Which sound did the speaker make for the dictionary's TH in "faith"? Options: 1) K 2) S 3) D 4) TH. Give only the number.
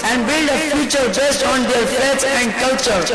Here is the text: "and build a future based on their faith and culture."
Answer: 2